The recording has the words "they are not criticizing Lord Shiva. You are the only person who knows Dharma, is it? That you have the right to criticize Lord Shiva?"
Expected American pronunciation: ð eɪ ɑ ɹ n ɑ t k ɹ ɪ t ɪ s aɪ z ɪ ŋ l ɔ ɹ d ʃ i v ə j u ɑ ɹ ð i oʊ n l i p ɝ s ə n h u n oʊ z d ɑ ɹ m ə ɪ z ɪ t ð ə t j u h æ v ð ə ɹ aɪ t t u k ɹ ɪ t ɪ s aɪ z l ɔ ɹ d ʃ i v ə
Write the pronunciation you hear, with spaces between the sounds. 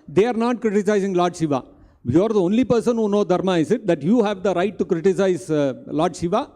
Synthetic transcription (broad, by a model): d eɪ ɑ ɹ n ɑ t k ɹ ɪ t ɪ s aɪ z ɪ ŋ l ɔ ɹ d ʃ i v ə j ɑ ɹ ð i oʊ n l i p ɝ s ə n h u n oʊ d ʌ ɹ m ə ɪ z ɪ t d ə t j u h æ v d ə ɹ aɪ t t u k ɹ ɪ t ɪ s aɪ z l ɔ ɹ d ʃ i v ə